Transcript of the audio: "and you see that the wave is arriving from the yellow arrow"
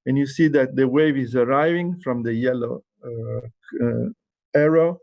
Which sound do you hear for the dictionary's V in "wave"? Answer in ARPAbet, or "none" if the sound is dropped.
V